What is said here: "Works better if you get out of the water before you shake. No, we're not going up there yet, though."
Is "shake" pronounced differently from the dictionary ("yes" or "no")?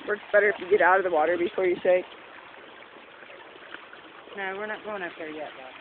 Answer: yes